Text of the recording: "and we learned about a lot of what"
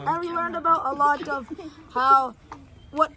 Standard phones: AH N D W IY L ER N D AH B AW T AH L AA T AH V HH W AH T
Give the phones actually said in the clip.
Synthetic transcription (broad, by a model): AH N W IY L ER N D AH B AW T AH L AA T AH V HH W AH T